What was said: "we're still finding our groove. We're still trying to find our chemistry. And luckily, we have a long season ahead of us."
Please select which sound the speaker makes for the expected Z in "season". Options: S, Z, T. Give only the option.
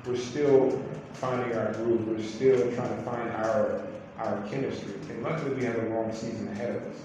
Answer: Z